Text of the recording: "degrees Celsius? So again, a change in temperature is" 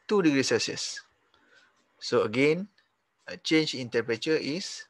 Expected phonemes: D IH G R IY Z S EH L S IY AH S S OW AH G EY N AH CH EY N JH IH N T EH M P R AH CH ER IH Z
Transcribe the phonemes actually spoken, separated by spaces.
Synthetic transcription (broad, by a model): D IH G R IY S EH S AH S S OW AH G EY N AH CH EY N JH IH N T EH P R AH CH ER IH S